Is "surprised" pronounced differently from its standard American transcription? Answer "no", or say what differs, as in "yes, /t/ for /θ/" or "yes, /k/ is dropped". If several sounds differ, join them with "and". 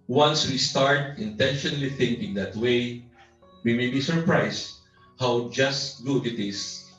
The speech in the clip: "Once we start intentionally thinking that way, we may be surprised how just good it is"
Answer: yes, /s/ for /z/